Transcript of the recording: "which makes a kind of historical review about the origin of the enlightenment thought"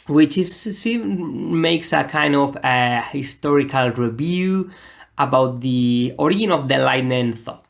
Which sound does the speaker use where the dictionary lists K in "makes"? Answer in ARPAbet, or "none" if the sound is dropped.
K